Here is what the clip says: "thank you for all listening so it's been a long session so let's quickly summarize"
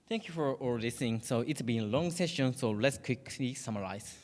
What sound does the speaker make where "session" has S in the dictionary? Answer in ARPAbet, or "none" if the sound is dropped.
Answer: S